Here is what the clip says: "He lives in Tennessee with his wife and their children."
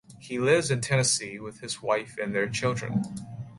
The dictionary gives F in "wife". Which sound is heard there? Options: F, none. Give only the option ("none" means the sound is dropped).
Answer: F